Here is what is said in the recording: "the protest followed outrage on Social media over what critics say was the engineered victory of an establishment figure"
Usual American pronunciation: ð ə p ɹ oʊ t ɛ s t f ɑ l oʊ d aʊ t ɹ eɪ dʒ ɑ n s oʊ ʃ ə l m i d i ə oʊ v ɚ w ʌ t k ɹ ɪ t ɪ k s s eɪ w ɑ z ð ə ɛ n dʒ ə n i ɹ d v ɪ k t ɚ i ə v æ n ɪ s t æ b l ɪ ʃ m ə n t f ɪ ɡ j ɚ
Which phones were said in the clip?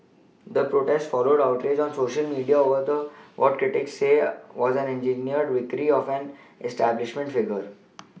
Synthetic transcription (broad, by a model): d ə p ɹ oʊ t ɛ s t f ɑ l oʊ d aʊ t ɹ eɪ dʒ ɑ n s oʊ ʃ ə l m i d i ə oʊ v ɚ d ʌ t k ɹ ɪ t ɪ k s s eɪ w ɑ z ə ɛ n dʒ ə n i ɹ d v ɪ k t i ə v æ n ɪ s t æ b l ɪ ʃ m ə n t f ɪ ɡ ɚ